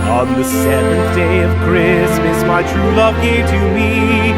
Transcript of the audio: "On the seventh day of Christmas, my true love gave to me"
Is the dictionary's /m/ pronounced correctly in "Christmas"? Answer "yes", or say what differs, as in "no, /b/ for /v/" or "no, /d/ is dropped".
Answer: yes